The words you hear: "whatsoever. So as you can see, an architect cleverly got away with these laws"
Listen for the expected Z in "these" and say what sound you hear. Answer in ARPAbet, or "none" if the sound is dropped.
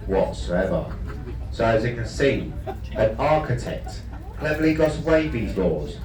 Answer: Z